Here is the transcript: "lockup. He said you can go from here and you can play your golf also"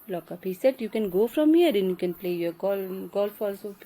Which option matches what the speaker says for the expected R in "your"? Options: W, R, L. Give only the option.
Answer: L